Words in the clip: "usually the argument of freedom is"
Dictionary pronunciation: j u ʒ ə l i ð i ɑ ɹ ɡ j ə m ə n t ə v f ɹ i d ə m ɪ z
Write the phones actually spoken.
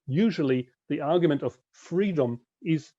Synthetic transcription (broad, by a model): j u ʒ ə l i ð i ɑ ɹ ɡ j ə m ə n t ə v f ɹ i d ə m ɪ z